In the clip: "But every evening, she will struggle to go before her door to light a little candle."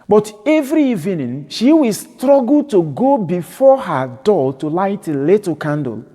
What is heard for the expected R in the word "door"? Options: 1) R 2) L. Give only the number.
2